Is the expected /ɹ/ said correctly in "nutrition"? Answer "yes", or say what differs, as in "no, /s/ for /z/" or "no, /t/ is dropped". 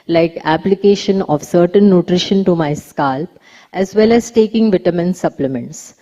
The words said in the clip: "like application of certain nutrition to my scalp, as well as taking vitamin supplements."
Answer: yes